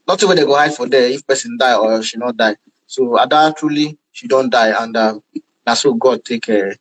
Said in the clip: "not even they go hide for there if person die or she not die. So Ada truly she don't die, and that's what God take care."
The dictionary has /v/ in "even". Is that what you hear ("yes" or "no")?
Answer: no